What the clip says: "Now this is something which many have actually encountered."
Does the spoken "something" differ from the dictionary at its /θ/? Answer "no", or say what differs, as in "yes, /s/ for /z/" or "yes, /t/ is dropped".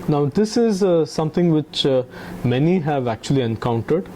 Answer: yes, /t/ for /θ/